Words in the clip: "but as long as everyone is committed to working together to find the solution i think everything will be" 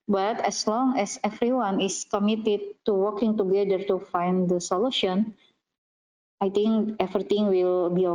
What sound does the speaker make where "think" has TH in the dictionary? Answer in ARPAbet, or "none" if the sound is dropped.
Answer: T